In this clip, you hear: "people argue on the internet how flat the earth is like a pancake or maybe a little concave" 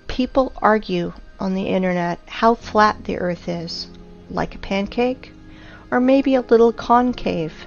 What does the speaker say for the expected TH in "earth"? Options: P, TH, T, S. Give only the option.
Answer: TH